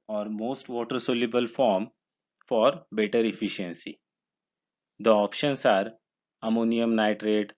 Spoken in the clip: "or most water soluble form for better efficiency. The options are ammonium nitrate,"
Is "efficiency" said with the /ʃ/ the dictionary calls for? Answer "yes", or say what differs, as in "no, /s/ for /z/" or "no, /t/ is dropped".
yes